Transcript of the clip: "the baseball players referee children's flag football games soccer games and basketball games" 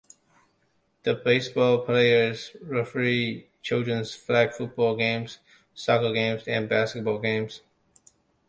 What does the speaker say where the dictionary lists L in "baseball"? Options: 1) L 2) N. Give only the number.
1